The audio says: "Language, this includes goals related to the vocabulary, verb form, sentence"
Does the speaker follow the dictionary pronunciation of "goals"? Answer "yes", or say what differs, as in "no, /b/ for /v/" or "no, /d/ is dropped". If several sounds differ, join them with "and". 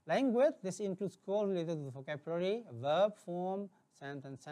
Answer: no, /z/ is dropped